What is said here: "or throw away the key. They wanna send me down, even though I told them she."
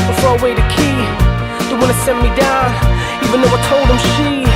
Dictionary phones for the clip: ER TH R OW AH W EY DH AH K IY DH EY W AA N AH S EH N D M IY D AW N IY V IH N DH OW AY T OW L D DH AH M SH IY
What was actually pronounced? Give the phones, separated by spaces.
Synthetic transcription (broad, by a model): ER F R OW AH W EY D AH K IY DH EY W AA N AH S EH N M IY D AW N IY V IH N DH OW AY T OW L D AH M SH IY